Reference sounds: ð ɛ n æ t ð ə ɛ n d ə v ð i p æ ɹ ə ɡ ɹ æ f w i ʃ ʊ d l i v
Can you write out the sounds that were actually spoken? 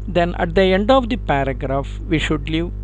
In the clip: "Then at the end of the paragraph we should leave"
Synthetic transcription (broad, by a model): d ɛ n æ t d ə ɛ n d ə v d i p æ ɹ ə ɡ ɹ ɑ f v i ʃ ʊ d l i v